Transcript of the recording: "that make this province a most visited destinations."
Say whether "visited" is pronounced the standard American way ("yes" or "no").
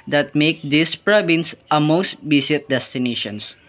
no